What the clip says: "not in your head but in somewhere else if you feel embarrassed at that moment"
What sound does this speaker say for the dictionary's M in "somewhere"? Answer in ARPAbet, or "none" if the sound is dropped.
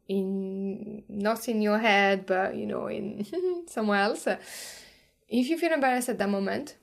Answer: M